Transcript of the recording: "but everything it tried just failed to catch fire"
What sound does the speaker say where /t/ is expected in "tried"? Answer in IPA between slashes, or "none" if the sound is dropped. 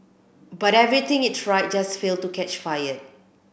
/s/